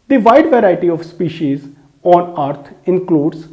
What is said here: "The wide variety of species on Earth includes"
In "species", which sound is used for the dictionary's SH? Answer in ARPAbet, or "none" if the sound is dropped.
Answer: SH